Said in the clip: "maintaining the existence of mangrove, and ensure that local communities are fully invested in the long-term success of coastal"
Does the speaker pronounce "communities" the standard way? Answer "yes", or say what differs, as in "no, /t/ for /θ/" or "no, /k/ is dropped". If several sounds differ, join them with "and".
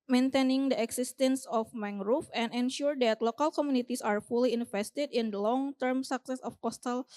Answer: no, /s/ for /z/